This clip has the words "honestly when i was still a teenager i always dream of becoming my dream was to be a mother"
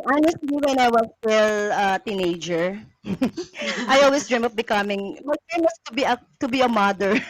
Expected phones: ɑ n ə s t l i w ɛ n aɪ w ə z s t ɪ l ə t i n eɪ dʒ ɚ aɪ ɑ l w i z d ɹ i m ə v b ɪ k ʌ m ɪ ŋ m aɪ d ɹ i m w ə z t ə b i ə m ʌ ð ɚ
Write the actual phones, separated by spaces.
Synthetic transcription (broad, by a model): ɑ n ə s t l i w ɛ n aɪ w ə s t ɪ l ə t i n eɪ dʒ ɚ aɪ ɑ l w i s d ɹ i m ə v b ɪ k ʌ m ɪ ŋ m aɪ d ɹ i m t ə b t ə b i ə m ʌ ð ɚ